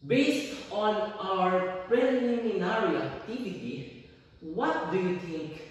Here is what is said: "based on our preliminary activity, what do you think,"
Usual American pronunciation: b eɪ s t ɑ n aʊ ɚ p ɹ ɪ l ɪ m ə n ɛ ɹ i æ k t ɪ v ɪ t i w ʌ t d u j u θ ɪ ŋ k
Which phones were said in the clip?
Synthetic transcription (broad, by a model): b eɪ s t ɑ n aʊ ɚ p ɹ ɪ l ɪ m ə n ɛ ɹ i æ t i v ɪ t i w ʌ t d u j u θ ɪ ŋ k